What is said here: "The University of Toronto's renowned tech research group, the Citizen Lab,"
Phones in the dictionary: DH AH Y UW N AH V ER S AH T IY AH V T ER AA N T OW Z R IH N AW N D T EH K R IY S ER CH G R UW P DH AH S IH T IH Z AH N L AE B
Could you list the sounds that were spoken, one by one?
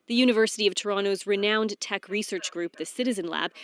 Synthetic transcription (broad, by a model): DH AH Y UW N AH V ER S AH T IY AH V T ER AA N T OW Z R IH N AW N T EH K R IY S ER CH G R UW P DH AH S IH T IH Z AH N L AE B